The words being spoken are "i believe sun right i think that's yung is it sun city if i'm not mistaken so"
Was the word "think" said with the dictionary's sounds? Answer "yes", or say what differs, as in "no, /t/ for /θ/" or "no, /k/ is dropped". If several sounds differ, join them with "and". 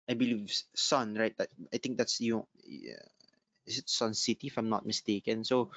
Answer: no, /t/ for /θ/